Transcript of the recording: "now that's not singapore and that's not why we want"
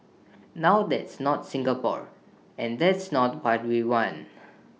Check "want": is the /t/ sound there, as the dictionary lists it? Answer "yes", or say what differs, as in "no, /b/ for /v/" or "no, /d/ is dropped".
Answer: no, /t/ is dropped